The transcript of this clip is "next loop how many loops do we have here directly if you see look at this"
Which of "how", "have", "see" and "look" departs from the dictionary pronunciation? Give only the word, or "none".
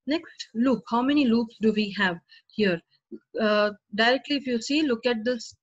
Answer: none